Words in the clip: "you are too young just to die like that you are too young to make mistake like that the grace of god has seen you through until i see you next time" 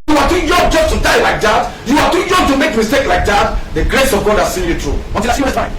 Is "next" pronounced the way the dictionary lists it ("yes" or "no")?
no